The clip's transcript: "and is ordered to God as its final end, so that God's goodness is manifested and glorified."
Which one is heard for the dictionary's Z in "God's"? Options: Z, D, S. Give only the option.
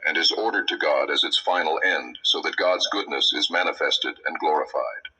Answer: Z